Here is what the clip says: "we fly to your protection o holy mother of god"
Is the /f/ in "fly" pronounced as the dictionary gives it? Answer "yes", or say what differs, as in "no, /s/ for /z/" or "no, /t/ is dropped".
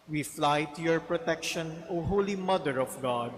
yes